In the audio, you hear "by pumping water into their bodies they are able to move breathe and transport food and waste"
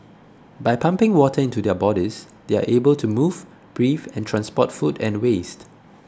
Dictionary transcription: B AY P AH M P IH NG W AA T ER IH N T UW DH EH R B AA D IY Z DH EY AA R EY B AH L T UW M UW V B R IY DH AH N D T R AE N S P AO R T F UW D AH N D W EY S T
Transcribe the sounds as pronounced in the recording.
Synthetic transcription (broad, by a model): B AY P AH M P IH NG W AA T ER IH N T UW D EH B AA D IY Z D EY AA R EY B AH L T UW M UW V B R IY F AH N T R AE N S P AO T F UW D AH N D W EY S T